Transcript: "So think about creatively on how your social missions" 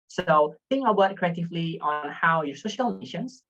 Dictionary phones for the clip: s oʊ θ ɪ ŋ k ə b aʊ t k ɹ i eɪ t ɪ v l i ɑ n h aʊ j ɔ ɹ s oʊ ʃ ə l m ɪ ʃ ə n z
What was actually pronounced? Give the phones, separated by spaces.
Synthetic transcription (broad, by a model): s oʊ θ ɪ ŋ ə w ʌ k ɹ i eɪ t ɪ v l i ɑ n h aʊ j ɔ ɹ s oʊ ʃ ə l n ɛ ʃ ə n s